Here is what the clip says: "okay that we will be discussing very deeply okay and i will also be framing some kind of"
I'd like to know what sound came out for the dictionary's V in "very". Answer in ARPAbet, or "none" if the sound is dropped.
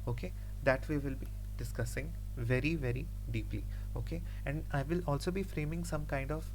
V